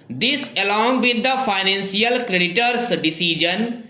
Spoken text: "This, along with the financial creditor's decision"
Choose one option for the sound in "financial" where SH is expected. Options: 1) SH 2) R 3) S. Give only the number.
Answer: 3